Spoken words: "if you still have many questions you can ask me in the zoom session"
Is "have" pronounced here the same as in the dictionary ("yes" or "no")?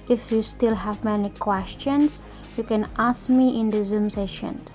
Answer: yes